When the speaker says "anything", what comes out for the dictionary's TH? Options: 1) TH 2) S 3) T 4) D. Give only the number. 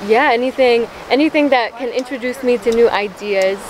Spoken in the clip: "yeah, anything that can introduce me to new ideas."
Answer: 1